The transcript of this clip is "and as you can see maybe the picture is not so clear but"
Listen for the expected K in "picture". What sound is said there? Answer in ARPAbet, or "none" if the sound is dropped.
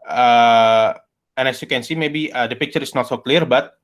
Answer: K